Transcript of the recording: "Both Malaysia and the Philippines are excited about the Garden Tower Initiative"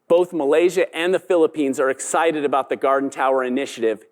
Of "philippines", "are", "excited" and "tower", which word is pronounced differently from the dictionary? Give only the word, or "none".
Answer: none